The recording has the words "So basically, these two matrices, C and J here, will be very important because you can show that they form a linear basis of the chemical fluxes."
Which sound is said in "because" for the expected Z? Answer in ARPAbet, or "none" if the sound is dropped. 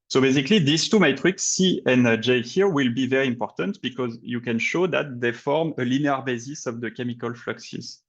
Z